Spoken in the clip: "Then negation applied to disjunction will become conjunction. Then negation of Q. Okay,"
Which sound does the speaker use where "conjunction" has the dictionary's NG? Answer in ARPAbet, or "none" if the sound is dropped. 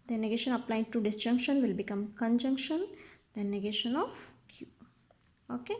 NG